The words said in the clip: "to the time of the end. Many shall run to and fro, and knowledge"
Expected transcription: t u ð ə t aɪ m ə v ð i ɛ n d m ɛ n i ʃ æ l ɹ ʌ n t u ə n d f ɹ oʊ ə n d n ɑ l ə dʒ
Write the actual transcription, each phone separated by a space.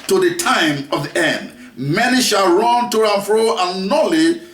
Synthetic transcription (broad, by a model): t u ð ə t aɪ m ə v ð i ɛ n d m ɛ n i ʃ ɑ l ɹ ʌ n t u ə n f ɹ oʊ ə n n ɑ l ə